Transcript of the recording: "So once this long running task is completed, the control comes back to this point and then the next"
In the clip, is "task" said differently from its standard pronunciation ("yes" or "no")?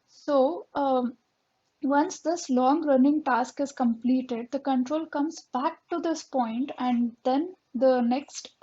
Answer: no